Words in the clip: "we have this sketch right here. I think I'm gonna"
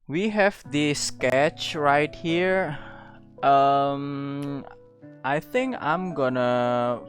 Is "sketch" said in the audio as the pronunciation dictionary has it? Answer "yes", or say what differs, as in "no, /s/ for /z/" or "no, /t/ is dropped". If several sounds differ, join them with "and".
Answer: yes